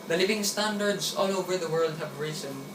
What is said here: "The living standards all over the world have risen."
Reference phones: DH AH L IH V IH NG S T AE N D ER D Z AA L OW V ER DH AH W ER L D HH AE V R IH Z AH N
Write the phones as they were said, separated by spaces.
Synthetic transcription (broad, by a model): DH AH L IH V IH NG S T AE N D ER D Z AA L OW V ER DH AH W ER L D HH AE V R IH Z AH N